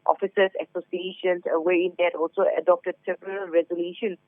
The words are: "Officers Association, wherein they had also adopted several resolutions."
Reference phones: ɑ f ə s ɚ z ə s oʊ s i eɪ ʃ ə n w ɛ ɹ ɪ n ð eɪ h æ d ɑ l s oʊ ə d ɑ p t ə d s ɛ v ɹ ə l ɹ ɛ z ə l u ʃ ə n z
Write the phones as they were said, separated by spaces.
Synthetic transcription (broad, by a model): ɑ f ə s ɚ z ə s oʊ s i eɪ ʃ ə n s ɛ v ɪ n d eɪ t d ɑ l s oʊ ə d ɑ p t ə d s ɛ p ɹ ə l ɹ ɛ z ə l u ʃ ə n